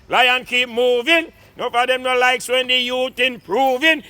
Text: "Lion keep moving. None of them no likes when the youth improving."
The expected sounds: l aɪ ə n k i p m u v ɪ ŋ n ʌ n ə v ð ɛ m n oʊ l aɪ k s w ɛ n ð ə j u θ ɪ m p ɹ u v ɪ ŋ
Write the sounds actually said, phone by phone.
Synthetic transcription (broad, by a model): l aɪ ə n k i p m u v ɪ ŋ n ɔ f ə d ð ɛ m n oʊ l aɪ k s w ɛ n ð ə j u t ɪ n p ɹ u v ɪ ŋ